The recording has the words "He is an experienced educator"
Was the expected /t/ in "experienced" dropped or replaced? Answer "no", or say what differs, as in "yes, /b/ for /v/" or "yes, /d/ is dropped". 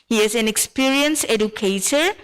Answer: yes, /t/ is dropped